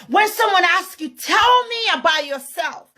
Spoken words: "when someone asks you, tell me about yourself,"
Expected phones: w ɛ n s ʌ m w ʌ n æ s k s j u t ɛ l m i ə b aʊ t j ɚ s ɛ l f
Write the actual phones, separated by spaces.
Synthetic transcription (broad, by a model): w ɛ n s ʌ m w ʌ n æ s k j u t ɛ l m i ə b aʊ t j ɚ s ɛ l f